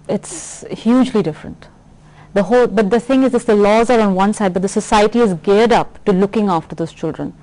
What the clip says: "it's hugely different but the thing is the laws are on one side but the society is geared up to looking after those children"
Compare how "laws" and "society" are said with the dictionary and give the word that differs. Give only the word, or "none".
none